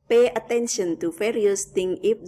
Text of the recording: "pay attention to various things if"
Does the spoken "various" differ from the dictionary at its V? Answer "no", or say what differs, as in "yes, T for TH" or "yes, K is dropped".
yes, F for V